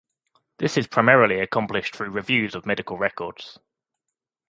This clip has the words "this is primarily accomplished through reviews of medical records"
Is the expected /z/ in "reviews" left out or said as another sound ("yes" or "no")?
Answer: no